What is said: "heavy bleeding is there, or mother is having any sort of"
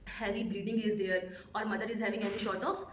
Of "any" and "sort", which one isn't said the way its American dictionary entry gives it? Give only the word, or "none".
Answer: sort